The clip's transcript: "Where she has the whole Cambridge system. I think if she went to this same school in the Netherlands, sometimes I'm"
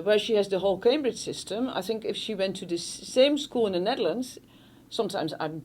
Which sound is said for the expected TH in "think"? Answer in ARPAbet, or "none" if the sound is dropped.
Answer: TH